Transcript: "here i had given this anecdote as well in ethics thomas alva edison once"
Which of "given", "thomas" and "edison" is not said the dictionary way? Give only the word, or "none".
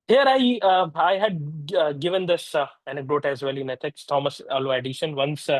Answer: edison